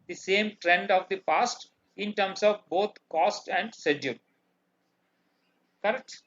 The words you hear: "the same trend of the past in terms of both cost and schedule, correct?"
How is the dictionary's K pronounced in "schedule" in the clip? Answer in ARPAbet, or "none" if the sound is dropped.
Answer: none